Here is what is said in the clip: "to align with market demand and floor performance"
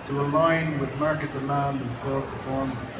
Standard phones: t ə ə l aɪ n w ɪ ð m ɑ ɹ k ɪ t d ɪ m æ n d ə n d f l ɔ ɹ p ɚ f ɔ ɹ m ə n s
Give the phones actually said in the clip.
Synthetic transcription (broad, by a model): t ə ə l aɪ n w ɪ ð m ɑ ɹ k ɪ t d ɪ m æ n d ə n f ɔ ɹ p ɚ f ɔ ɹ m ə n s